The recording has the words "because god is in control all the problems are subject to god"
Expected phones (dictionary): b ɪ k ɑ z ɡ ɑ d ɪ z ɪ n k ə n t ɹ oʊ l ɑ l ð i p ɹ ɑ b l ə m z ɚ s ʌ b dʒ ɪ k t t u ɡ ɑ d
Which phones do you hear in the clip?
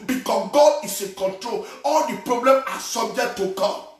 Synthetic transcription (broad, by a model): b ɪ k ɑ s ɡ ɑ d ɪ s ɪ k ə n t ɹ oʊ l ɑ l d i p ɹ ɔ b l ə m ɑ s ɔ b dʒ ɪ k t t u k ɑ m